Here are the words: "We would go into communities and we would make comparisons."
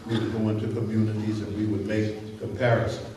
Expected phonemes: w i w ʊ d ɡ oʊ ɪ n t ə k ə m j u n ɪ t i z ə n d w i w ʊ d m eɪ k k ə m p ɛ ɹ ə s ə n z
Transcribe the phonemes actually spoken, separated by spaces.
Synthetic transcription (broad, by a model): w i w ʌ d ɡ oʊ ɪ n t ə k ə m j u n ɪ t i z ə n w i w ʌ d m eɪ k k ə m p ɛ ɹ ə s